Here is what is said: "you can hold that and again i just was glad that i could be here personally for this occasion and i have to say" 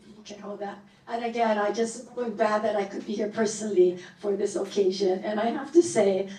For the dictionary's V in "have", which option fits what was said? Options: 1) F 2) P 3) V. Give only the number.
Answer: 1